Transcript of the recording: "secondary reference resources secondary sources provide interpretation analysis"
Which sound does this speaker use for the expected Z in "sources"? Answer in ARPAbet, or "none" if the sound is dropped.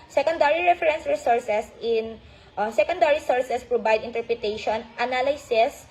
S